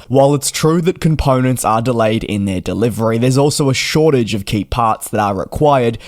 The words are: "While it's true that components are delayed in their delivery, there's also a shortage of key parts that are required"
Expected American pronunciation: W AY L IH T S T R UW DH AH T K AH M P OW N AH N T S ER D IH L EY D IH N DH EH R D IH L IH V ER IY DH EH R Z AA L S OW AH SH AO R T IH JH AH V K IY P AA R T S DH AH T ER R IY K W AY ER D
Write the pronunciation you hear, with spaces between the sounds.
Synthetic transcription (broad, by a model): W AY L IH T S T R UW DH AH T K AH M P OW N AH N T S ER D IH L EY D IH N DH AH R D IH L IH V ER IY DH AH R Z AA L S OW AH SH AO R T IH JH AH V K IY P AA R T S DH AH T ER R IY K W AY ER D